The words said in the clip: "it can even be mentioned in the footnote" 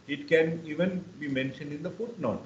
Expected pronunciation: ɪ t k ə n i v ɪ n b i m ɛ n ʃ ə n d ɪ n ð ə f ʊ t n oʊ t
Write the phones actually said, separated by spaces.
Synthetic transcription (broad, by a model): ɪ t k ə n i v ɪ n b i m ɛ n ʃ ə n d ɪ n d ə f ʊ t n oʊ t